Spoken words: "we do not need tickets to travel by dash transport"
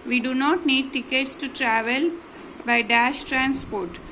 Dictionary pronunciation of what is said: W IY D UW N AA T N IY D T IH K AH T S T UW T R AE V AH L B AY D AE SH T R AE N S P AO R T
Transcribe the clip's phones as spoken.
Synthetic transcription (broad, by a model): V IY D UW N AA T N IY D T IH K AH T S T UW T R AE V AH L B AY D AE SH T R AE N S P AO R T